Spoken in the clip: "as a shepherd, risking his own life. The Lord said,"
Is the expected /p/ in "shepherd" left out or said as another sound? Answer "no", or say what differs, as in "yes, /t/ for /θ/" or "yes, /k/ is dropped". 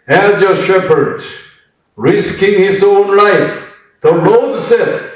no